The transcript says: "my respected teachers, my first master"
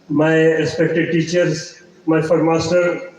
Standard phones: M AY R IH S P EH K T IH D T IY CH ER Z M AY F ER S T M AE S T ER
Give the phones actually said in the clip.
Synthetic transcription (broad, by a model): M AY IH S P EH K T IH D T IY CH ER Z M AY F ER T M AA S T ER